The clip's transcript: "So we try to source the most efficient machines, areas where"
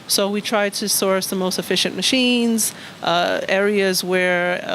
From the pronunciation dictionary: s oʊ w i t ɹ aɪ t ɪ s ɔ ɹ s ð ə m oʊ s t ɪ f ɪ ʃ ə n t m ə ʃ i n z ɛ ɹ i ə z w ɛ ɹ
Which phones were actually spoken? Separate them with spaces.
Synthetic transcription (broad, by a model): s oʊ w i t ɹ aɪ t ɪ s ɔ ɹ s ð ə m oʊ s t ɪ f ɪ ʃ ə n m ə ʃ i n z ɛ ɹ i ə z w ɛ ɹ